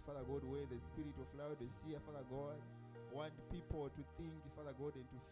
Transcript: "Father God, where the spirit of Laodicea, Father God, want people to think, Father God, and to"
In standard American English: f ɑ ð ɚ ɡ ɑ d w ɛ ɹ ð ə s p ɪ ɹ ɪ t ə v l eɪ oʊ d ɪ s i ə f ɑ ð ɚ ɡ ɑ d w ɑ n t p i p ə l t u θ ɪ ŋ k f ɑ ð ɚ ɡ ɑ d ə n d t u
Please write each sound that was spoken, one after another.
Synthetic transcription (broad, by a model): f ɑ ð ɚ ɡ ɑ d w ɛ ɹ ð ə s p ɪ ɹ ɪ t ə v l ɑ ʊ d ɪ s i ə f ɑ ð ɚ ɡ ɑ d w ɑ n t p i p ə l t u θ ɪ ŋ k f ɑ ð ɚ ɡ ɑ d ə n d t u